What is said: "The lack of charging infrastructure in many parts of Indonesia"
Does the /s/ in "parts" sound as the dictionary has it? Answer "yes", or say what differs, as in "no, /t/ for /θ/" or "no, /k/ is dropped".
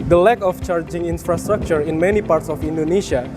yes